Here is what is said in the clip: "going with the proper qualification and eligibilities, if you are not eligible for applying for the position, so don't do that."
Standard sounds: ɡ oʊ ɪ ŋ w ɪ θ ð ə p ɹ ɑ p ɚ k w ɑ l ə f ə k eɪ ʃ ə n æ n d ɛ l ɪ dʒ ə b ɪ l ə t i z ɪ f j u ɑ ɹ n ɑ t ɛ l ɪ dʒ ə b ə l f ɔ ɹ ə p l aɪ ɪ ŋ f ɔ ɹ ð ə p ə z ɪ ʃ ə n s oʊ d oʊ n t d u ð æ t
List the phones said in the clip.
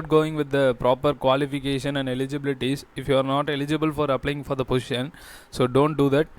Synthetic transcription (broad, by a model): ɡ oʊ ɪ ŋ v ɪ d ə p ɹ ɑ p ɚ k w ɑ l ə f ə k eɪ ʃ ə n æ n d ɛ l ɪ dʒ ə b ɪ l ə t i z ɪ f j u ɑ ɹ n ɑ t ɛ l ɪ dʒ ə b ə l f ɔ ɹ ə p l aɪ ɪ ŋ f ɔ ɹ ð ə p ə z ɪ ʃ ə n s oʊ d oʊ n t d u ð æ t